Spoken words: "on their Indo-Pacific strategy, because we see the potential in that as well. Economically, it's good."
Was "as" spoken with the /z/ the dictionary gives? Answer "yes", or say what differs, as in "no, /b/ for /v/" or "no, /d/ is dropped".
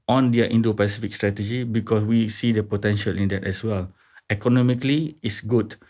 no, /s/ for /z/